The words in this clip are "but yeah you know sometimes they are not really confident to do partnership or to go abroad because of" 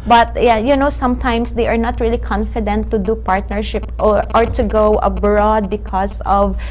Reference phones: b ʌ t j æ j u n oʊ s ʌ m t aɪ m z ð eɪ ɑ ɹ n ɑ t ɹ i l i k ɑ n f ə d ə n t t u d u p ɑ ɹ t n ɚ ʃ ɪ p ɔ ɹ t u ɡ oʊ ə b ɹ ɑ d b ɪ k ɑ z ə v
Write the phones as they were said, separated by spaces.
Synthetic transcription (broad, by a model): b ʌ t j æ j u n oʊ s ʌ m t aɪ m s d eɪ ɑ ɹ n ɑ t ɹ i l i k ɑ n f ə d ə n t t u d u p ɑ ɹ t n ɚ ʃ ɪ p ɔ ɹ t u ɡ oʊ ə b ɹ ɑ d b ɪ k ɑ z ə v